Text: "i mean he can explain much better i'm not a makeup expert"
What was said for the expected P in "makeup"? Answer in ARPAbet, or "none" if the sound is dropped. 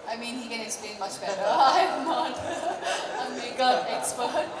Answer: none